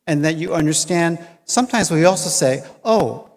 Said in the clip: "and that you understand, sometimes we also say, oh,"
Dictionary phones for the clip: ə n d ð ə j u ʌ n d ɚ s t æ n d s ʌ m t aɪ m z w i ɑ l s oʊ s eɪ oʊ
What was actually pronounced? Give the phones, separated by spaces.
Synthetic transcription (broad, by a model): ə n ð ə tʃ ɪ ʌ n d ɚ s t æ n d s ʌ m t aɪ m z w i ɑ l s oʊ s eɪ oʊ